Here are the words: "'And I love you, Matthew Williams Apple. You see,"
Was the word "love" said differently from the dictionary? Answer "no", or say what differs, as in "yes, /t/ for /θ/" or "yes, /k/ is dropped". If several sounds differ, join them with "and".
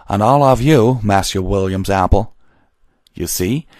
no